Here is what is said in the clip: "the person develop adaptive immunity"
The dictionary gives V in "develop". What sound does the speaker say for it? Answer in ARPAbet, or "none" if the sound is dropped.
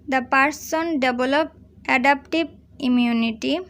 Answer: B